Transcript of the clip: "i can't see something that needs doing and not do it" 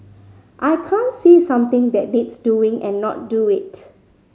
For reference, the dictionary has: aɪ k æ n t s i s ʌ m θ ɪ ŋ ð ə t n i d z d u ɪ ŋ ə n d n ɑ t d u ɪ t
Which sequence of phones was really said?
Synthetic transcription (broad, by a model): aɪ k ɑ n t s i s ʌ m t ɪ ŋ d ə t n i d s d u ɪ ŋ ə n n ɑ t d u ɪ t